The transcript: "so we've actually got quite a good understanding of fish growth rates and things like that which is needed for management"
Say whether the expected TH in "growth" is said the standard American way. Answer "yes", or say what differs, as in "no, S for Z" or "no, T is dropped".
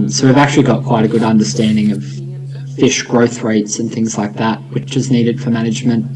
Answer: yes